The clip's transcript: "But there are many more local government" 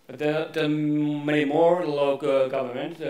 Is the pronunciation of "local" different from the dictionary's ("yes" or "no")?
yes